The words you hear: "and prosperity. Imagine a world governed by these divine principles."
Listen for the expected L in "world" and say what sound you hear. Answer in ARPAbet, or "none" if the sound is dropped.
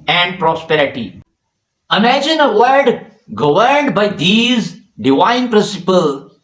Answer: none